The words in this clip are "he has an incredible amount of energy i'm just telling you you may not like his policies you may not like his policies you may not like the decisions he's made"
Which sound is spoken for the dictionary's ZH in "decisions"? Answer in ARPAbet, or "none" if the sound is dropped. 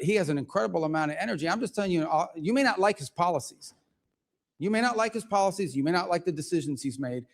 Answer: ZH